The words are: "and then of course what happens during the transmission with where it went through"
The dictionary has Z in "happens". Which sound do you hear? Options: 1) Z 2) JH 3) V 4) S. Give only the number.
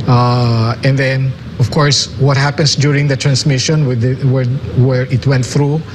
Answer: 4